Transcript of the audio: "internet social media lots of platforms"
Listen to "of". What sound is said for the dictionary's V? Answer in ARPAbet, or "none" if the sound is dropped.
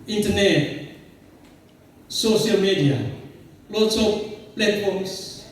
P